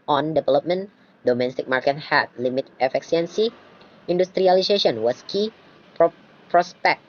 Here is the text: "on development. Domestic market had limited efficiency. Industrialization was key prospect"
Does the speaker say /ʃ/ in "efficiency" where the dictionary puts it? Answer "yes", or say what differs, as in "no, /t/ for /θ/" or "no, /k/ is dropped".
no, /ʃ/ is dropped